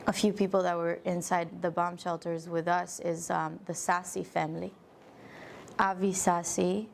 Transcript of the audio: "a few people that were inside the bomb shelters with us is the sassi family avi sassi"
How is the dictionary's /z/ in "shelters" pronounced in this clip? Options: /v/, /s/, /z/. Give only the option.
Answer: /z/